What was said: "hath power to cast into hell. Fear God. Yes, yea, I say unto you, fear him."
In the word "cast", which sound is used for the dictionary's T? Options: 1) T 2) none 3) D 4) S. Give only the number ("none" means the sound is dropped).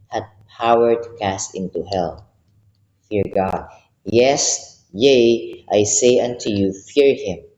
1